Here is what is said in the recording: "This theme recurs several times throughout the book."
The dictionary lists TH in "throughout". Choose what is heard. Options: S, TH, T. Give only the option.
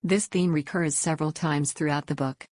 TH